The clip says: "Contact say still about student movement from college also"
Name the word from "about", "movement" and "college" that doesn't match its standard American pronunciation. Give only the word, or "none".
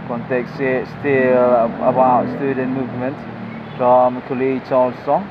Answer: college